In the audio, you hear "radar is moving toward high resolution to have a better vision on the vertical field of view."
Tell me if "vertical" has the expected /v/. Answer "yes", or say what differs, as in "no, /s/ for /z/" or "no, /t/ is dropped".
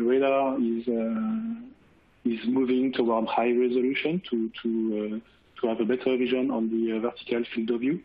yes